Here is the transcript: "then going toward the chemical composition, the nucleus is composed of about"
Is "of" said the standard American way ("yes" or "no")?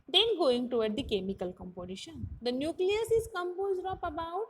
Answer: no